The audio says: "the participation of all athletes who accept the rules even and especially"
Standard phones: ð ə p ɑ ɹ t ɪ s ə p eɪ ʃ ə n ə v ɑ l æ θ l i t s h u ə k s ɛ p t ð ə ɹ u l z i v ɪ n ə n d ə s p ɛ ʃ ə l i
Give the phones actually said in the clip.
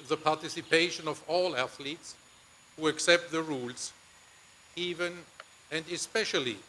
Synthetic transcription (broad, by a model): ð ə p ɑ ɹ t ɪ s ə p eɪ ʃ ə n ə v ɑ l æ θ l i t s h u ə k s ɛ p t ð ə ɹ u l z i v ɪ n ə n d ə s p ɛ ʃ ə l i